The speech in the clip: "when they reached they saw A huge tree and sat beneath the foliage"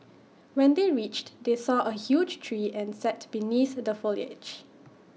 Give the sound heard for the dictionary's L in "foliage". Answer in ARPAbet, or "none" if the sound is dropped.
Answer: L